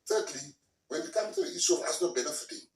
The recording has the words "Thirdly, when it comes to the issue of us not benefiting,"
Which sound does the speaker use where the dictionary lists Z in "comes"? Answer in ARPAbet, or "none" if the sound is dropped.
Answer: none